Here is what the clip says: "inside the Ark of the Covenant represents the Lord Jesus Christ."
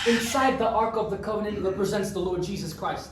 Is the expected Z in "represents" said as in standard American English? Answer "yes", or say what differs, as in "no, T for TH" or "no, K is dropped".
yes